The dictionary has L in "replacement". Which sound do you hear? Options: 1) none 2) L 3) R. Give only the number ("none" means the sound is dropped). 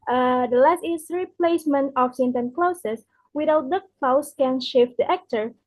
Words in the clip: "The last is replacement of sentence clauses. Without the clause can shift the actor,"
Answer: 2